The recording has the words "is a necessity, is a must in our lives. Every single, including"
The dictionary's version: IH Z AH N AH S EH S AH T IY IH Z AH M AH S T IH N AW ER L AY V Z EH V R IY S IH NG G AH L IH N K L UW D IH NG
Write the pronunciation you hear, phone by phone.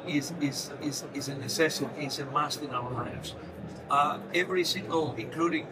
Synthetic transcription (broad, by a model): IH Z AH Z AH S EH S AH S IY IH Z AH M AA S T IH N AW ER L AY V Z EH V R IY S IH NG G AH L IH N K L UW D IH NG